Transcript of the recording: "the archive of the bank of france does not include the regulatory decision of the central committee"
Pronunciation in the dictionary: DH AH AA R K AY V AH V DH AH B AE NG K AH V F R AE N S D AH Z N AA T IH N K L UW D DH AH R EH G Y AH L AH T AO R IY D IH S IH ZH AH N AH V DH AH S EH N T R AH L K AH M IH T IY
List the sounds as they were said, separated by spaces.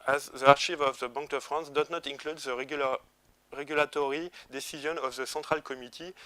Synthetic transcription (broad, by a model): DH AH AA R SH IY V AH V DH AH B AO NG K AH F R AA N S D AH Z N AA T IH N K L UW D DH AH R EH G Y AH L AH T AO R IY D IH S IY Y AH N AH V DH AH S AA T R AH L K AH M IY T IY